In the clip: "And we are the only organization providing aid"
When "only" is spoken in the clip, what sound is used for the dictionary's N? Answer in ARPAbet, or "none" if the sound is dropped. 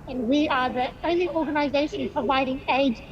none